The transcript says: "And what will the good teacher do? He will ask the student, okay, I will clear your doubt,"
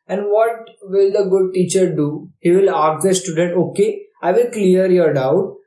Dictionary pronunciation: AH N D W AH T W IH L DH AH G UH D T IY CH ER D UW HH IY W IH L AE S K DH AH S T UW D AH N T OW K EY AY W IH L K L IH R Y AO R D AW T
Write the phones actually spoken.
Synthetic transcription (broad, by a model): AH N D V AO T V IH L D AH G UH D T IY CH ER D UW HH IY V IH L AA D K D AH S T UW D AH N T OW K EY AY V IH L K L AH R Y AO R D AW T